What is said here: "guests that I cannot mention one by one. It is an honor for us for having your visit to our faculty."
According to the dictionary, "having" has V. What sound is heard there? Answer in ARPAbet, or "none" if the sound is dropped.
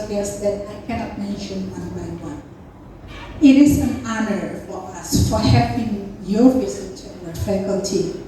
P